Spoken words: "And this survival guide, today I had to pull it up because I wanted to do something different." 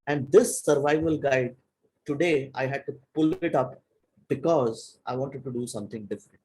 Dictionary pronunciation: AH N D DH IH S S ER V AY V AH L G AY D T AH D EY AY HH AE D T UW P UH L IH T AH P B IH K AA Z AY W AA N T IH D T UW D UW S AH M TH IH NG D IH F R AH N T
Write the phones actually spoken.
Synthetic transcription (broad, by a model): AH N D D IH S S ER V AY V AH L G AY D T AH D EY AY HH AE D T UW P UH L IH T AH P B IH K AA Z AY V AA N T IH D T UW D UW S AH M T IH NG D IH F R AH N T